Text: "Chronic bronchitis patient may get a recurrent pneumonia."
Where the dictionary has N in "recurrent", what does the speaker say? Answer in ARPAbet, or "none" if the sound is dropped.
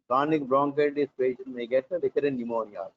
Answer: none